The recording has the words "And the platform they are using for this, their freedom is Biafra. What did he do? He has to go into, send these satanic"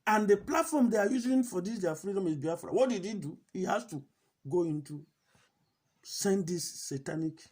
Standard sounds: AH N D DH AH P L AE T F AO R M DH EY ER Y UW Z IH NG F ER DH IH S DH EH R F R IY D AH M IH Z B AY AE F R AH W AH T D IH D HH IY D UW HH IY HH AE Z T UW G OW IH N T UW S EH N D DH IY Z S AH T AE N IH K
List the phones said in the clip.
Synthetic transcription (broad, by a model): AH N D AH P L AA T F AO M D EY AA Y UW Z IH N F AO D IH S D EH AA F R IY D AH M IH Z B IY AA F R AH W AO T D IH D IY D UW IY HH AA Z T UW G OW IH N T UW S EH N D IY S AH T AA N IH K